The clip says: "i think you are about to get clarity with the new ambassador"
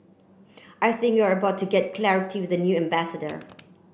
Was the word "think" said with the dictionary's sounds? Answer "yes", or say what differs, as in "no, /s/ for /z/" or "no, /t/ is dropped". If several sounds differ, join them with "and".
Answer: yes